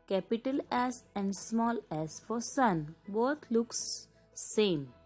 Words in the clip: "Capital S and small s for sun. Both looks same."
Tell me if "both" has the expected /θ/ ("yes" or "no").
no